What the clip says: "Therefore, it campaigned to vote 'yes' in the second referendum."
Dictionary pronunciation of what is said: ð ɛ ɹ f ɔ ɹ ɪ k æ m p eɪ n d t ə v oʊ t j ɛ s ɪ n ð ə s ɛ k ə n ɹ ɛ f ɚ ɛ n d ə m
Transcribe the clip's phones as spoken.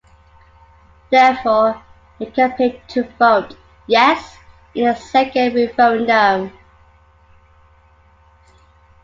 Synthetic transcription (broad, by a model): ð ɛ f ɔ ɪ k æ p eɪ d t ə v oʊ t j ɛ s ɪ n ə s ɛ k ə n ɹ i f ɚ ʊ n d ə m